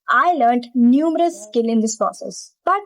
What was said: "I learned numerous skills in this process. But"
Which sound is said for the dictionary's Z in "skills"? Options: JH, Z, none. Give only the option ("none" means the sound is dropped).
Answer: none